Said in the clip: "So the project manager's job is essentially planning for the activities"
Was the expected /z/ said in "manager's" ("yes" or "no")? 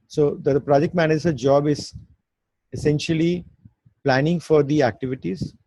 no